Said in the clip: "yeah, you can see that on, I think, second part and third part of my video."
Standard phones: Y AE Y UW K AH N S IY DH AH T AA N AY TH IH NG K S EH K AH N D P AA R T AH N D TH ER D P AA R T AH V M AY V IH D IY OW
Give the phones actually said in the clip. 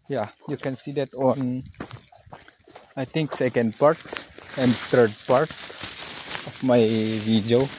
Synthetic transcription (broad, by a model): Y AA Y UW K AH N S IY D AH T AA N AY T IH NG K S EH K AH N D P AA R T AH N D T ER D P AA R T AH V M AY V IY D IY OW